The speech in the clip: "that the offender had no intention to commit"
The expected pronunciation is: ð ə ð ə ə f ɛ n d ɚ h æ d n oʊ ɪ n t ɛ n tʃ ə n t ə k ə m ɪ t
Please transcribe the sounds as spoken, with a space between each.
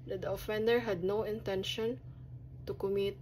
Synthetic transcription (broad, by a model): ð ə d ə ə f ɛ n d ɚ h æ d n oʊ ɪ n t ɛ n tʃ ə n t ə k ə m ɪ t